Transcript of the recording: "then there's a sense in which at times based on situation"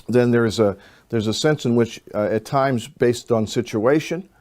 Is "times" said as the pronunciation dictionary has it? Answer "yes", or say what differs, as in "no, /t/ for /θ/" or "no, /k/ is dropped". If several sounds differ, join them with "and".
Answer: yes